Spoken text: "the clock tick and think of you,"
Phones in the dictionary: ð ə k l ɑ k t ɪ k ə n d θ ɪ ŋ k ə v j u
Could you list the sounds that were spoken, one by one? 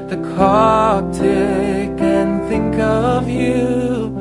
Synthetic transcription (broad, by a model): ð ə k ɑ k t ɪ k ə n θ ɪ ŋ k ə v j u